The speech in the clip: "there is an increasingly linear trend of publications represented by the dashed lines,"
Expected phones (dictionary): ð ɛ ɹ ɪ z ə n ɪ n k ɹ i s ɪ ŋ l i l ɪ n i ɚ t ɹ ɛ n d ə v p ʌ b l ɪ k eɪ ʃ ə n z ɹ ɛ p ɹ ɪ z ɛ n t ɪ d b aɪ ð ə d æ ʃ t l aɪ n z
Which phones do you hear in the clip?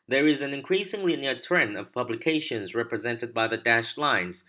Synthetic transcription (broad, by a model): ð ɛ ɹ ɪ z ə n ɪ n k ɹ i s ɪ ŋ l i n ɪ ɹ t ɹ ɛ n ə v p ʌ b l ɪ k eɪ ʃ ə n z ɹ ɛ p ɹ ɪ z ɛ n t ɪ d b aɪ ð ə d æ ʃ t l aɪ n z